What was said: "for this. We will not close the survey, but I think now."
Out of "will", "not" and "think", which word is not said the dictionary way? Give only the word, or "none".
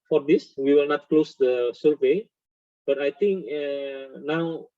think